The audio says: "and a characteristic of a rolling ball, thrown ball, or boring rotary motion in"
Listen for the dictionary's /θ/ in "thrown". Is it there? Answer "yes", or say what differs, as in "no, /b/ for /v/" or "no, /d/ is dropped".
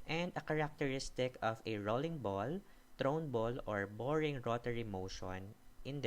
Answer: no, /t/ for /θ/